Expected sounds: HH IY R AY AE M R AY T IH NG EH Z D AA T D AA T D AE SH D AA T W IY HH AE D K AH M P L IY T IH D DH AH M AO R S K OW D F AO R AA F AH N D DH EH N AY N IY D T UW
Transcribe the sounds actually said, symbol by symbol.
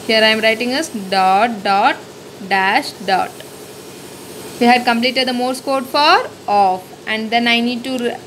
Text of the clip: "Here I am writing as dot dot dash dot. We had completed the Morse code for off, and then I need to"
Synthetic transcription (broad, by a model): HH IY R AY M R AY T IH NG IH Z D AA T D AA T D AE SH D AA T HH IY HH AE D K AH M P L IY T IH D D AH M AO R S K OW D F AO R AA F AH N D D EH N AY N IY D T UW